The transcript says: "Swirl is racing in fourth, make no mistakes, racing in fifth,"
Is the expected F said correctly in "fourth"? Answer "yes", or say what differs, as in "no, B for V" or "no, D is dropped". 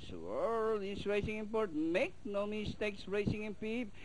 no, P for F